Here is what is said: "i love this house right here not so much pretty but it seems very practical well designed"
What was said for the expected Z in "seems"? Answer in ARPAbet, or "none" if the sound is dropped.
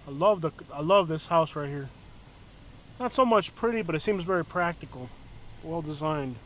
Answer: Z